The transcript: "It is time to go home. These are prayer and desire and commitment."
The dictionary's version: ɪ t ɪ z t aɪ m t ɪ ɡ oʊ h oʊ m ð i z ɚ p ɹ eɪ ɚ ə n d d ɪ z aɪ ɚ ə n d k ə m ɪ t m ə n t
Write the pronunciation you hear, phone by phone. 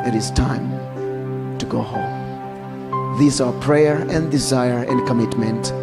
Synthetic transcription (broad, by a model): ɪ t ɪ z t aɪ m t ɪ ɡ oʊ h oʊ m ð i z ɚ p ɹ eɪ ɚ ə n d d ɪ z aɪ ɚ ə n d k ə m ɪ t m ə n t